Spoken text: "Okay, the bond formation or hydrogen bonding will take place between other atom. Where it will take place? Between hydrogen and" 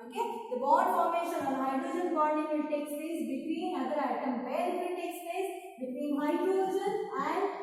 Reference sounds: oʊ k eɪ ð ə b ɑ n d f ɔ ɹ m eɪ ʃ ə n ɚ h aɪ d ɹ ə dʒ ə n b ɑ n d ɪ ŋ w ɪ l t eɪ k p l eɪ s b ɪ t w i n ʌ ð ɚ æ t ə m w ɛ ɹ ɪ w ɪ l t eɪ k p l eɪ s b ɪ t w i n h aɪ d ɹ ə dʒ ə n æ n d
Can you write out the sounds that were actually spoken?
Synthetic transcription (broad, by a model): oʊ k eɪ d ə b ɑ d f ɔ ɹ m eɪ ʃ ə n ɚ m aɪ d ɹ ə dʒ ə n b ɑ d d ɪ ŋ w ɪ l t eɪ k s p eɪ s b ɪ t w i n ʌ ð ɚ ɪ t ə m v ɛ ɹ ɪ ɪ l t eɪ k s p eɪ s b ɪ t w i n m aɪ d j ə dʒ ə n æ n d